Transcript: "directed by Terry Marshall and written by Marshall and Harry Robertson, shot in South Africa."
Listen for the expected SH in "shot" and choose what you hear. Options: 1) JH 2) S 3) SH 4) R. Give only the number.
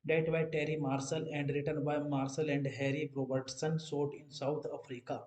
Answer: 2